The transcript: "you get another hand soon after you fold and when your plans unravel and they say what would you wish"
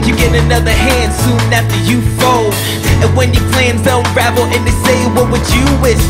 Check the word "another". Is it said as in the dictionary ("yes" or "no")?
yes